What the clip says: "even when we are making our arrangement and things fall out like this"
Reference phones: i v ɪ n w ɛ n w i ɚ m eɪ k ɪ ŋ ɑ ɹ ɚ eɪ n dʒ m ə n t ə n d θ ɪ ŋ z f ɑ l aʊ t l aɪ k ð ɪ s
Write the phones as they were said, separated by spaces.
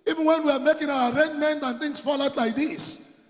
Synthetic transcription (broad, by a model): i v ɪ n w ɛ n w i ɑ m eɪ k ɪ ŋ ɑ w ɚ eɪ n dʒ m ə n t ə n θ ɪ ŋ s f ɑ l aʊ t l aɪ k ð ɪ s